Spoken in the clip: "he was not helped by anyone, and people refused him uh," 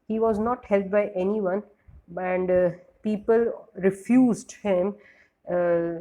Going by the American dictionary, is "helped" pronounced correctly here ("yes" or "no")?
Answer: no